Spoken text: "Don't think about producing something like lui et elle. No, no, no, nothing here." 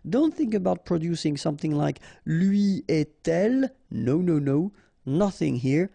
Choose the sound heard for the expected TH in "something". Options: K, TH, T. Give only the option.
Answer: TH